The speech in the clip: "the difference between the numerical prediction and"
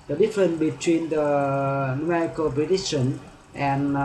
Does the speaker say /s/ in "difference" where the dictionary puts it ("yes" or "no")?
no